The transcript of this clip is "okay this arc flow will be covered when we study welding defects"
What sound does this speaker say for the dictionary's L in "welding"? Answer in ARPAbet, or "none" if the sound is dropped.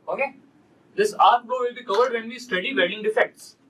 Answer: none